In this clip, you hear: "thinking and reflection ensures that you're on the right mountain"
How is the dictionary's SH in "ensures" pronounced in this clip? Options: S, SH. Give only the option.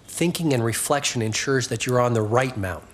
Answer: SH